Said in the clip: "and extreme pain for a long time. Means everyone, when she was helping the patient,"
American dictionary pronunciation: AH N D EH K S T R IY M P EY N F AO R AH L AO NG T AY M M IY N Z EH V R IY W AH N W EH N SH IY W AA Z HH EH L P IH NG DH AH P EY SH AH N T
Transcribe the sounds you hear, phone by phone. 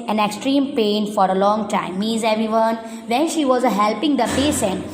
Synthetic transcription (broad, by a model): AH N EH K S T R IY M P EY N F AO R AH L AO NG T AY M M IY Z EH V R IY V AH N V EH N SH IY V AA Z HH EH L P IH NG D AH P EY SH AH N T